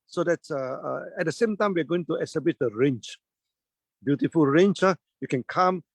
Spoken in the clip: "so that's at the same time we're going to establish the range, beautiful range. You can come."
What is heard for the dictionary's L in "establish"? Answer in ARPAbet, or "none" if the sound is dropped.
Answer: none